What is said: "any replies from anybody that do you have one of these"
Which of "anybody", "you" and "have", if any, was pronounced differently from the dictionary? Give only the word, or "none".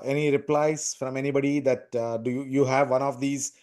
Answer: none